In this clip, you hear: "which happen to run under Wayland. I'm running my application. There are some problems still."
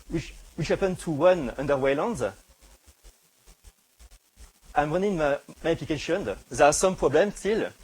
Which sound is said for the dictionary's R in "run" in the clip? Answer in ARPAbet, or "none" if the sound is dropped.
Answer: W